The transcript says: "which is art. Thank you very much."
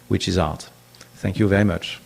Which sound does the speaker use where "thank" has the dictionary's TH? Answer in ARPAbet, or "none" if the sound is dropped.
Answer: TH